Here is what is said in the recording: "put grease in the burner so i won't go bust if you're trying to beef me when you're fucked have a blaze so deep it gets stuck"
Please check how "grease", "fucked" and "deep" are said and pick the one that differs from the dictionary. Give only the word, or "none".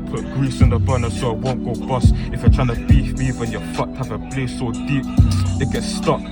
fucked